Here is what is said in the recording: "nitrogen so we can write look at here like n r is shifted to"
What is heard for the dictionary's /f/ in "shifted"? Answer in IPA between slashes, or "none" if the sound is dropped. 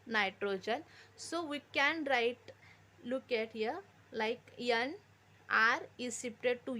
/p/